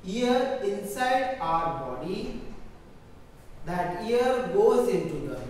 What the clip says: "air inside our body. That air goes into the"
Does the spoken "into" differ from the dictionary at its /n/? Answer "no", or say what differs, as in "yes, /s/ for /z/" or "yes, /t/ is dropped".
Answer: no